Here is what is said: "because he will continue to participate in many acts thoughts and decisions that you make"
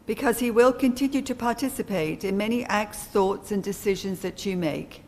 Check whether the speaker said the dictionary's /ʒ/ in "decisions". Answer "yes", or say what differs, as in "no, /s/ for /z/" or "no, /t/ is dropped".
yes